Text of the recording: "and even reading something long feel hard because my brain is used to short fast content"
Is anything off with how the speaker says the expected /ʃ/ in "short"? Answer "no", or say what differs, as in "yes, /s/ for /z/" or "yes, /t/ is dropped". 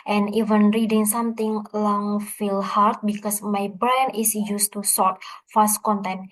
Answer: yes, /s/ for /ʃ/